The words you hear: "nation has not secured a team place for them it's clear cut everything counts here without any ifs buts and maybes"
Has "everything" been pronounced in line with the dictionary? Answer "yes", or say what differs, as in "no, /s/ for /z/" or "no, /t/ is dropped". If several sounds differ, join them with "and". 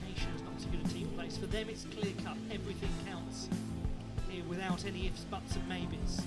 yes